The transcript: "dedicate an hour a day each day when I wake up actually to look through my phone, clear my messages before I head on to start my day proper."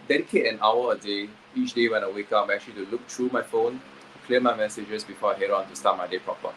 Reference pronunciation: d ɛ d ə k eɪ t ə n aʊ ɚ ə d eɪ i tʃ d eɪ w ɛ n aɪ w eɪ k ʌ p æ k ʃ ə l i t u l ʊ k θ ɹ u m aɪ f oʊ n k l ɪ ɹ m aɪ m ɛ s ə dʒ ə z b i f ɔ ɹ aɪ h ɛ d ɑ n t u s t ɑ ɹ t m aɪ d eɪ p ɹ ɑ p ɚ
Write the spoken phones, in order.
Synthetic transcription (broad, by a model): d ɛ d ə k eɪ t ə n aʊ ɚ ə d eɪ i tʃ d eɪ w ɛ n aɪ w eɪ k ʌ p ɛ k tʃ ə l i t u l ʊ k t ɹ u m aɪ f oʊ n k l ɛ m aɪ m ɛ s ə dʒ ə s b i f ɔ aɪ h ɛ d ɑ n t u s t ɑ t m aɪ d eɪ p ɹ ɑ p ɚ